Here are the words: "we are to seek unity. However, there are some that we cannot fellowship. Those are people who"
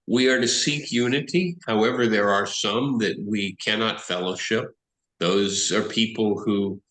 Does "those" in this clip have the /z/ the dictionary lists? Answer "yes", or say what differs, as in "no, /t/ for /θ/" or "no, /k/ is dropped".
yes